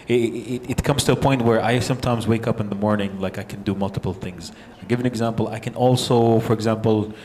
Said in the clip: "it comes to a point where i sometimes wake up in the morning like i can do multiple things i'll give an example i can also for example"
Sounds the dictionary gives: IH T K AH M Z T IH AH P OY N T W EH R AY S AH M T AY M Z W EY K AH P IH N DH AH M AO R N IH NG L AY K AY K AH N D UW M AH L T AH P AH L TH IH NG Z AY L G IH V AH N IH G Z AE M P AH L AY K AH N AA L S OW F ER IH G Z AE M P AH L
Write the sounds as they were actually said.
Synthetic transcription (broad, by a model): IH T K AH M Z T IH AH P OY N T W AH R AY S AH M T AY M Z W EY K AH P IH N DH AH M AO R N IH NG L AY K AY K N D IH M AH L T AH P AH L TH IH NG Z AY G IH V AH N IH G Z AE M P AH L AY K AH N AA L S OW F ER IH G Z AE M P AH L